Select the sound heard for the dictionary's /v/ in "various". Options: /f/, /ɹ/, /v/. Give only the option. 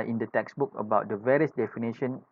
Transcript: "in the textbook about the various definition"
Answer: /v/